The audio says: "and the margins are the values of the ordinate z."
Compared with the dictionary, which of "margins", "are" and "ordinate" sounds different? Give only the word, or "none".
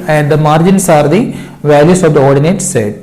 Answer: margins